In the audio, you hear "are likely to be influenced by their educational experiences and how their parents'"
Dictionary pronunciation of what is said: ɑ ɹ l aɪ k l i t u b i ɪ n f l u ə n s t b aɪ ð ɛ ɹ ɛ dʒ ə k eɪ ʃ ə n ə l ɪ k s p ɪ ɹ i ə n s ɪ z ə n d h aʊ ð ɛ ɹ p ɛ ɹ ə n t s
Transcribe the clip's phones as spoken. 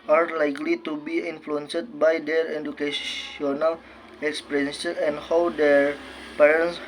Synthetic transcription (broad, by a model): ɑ ɹ l aɪ k l i t u b i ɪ n f l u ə n s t b aɪ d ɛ ɹ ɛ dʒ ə k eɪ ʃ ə n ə l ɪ k s p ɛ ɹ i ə n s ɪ ə n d h aʊ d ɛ ɹ p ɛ ɹ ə n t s